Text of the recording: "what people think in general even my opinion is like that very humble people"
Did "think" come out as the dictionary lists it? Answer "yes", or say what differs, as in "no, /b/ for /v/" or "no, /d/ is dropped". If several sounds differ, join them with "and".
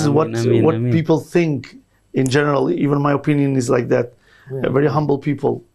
yes